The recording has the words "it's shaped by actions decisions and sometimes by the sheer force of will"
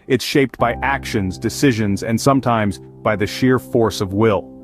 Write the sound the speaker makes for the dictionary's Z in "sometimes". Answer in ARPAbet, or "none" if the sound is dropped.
Z